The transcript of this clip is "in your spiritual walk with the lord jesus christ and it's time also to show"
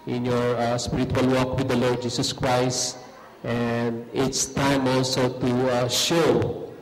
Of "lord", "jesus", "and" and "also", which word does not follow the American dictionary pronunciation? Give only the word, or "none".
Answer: jesus